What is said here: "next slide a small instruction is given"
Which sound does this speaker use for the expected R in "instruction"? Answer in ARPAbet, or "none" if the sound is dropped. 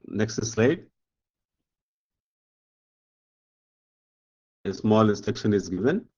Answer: none